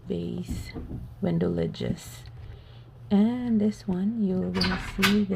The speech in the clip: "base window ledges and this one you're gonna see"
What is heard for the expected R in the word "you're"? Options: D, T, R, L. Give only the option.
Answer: L